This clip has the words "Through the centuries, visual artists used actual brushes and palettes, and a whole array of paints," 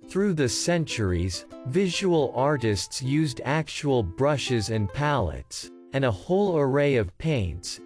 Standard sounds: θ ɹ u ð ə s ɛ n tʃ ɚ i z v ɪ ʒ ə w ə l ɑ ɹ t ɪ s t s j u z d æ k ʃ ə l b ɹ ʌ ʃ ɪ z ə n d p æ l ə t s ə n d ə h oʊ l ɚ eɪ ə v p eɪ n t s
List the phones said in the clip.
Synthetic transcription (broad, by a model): θ ɹ u ð ə s ɛ n tʃ ɚ i z v ɪ ʒ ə w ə l ɑ ɹ t ɪ s t s j u z d æ k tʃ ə l b ɹ ʌ ʃ ɪ z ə n p æ l ə t s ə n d ə h oʊ l ɚ eɪ ə v p eɪ n t s